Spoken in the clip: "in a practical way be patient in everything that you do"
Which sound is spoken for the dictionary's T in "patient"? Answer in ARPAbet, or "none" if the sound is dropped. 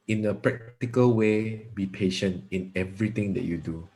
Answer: T